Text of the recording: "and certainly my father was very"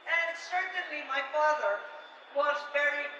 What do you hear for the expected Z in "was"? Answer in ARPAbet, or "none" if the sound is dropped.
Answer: Z